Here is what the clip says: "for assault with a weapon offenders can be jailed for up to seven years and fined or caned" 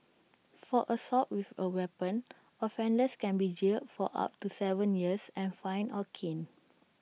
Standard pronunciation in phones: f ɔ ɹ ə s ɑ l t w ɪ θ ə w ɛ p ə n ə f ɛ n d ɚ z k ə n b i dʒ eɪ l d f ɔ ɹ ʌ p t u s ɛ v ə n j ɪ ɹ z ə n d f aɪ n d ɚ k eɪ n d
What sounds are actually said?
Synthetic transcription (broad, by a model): f ɔ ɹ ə s ɑ t w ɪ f ə w ɛ p ə n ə f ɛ n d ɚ s k ə n b i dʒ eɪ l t f ɔ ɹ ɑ p t u s ɛ v ə n j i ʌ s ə n f aɪ n ɔ k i n